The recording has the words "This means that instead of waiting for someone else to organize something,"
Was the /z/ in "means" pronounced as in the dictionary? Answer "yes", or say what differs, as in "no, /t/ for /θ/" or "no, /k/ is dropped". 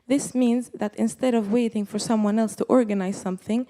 yes